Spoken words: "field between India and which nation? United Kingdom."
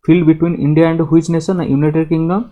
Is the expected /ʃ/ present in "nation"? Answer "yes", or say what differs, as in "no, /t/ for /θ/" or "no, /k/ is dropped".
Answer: no, /s/ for /ʃ/